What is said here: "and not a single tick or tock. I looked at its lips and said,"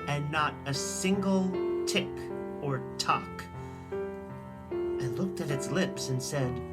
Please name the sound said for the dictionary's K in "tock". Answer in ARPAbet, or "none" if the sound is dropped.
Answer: K